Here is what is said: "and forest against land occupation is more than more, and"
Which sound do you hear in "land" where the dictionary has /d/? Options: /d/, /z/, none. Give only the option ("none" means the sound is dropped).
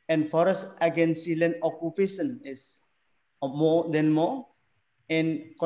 none